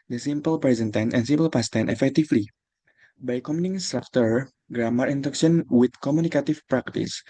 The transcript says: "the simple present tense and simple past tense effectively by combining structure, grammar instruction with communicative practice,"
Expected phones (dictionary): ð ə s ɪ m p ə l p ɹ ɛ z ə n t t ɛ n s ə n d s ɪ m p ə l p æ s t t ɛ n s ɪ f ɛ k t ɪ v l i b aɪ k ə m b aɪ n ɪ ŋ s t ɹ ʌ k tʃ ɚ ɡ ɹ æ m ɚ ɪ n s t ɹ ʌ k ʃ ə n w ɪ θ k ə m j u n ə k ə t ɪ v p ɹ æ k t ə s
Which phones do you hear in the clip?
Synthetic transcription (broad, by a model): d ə s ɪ m p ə l p ɹ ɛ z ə n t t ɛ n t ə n s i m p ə l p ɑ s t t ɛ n ɪ f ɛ k t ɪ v l i b aɪ k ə m i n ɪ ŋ s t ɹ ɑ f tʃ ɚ ɡ ɹ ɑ m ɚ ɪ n t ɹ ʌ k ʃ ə n w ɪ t k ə m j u n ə k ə t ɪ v p ɹ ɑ k t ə s